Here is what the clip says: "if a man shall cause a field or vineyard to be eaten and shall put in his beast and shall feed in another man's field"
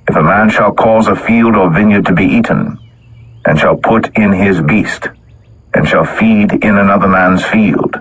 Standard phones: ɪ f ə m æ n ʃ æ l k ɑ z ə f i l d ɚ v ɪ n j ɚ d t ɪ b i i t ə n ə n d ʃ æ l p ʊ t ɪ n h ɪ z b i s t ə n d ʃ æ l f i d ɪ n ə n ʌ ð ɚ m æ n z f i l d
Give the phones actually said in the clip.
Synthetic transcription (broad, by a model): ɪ f ə m æ n ʃ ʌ l k ɑ z ə f i l d ɚ v ɪ n j ɚ d t ɪ b i i t n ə n ʃ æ l p ʊ t ɪ n ɪ z b i s t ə n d ʃ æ l f i d ɪ n ə n ʌ ð ɚ m æ n z f i l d